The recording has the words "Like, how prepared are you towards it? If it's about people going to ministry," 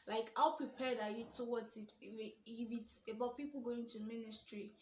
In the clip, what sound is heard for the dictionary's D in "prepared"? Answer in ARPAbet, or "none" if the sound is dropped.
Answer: D